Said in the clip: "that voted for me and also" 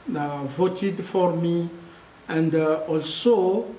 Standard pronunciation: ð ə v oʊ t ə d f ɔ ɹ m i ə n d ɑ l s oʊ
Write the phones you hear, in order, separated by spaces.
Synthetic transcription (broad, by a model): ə v oʊ t ə d f ɔ ɹ m i ə n d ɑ l s oʊ